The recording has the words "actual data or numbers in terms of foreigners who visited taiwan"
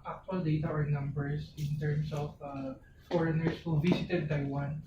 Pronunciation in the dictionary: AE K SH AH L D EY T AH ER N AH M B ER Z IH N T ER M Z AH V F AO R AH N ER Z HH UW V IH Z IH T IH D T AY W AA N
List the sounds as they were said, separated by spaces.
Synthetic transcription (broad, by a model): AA K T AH L D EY T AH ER N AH M B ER S IH N T ER M S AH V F AO R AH N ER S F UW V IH S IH T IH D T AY W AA N